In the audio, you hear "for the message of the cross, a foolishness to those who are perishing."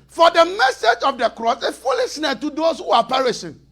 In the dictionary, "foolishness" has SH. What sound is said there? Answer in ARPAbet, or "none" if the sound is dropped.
S